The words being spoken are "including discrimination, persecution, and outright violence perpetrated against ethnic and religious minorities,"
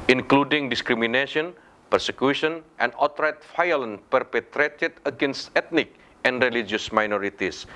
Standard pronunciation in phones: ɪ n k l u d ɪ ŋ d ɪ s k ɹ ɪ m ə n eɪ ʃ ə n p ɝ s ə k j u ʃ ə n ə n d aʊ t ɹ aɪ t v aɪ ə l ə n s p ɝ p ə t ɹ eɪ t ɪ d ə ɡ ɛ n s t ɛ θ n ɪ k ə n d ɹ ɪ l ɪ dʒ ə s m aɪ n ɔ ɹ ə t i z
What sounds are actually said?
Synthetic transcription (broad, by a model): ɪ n k l u d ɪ ŋ d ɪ s k ɹ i m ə n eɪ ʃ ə n p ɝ s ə k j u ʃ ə n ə n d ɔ t ɹ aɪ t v aɪ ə l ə n p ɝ p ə t ɹ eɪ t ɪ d ə ɡ ɛ n s t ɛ t n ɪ k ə n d ɹ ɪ l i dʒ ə s m aɪ n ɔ ɹ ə t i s